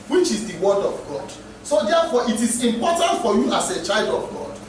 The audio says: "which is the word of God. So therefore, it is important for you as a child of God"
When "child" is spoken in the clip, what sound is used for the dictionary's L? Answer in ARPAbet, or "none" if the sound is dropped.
L